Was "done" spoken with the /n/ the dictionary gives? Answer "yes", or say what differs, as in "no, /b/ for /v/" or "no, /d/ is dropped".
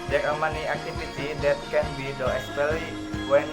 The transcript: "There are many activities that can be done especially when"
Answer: no, /n/ is dropped